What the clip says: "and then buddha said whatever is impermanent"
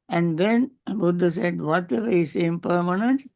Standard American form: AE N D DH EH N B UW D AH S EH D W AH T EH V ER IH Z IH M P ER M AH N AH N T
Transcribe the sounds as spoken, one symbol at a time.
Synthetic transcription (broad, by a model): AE N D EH N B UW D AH S EH D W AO T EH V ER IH S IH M P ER M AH N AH N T